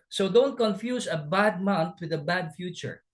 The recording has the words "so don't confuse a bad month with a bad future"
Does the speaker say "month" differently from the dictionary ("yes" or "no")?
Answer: yes